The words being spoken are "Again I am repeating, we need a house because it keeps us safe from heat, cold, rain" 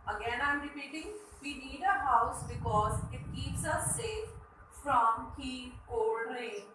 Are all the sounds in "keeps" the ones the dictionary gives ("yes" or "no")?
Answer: yes